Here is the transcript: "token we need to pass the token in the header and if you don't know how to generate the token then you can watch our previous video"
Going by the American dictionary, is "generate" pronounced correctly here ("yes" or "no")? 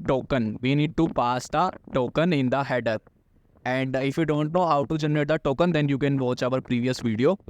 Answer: yes